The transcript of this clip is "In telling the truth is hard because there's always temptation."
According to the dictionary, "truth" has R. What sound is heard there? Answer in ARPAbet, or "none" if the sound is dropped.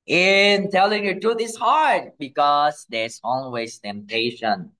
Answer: none